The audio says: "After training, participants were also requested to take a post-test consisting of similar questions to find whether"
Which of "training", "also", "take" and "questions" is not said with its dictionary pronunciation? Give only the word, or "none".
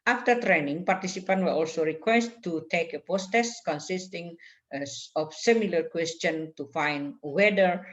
questions